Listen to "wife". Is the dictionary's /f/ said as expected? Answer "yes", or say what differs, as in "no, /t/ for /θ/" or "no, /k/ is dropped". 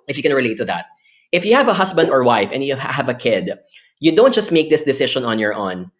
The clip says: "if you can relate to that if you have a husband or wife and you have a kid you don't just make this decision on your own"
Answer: yes